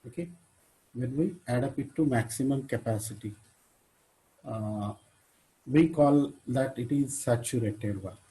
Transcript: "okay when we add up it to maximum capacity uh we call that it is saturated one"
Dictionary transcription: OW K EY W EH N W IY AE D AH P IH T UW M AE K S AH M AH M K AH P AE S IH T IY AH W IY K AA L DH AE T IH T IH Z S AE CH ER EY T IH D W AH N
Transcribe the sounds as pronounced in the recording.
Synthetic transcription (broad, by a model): OW K EY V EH N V IY AE D AH P IH T UW M AE K S AH M AH M K AH P AE S IH T IY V IY K AA L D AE T IH T IH Z S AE CH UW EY T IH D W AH